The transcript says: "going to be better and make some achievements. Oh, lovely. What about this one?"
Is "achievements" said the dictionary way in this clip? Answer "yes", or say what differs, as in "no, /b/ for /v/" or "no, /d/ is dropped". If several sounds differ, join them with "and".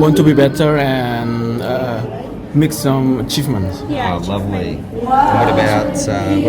no, /s/ is dropped